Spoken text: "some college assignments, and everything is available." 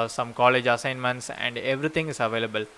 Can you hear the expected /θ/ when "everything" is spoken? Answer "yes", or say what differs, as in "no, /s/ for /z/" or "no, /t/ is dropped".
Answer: no, /t/ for /θ/